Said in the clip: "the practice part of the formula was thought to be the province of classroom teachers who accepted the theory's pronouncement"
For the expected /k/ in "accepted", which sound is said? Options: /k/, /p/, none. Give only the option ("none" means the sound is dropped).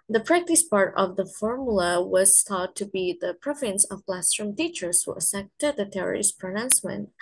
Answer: none